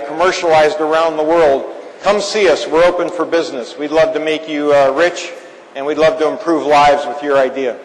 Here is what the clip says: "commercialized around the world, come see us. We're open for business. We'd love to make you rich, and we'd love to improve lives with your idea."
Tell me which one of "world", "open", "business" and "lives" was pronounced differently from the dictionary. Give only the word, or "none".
none